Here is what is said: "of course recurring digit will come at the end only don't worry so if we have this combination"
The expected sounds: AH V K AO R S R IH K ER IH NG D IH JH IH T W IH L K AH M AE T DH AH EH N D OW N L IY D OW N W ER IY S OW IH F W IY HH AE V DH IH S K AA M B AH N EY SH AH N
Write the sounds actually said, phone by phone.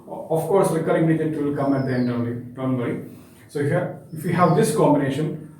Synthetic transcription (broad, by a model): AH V K AO R S L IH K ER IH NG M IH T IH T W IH L K AH M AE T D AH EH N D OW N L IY D OW N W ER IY S OW IH F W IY HH AE V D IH S K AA M B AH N EY SH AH N